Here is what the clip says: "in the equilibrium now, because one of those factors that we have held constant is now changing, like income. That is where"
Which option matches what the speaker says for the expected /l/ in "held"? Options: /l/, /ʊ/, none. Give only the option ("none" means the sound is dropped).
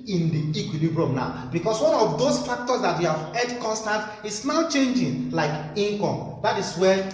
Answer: none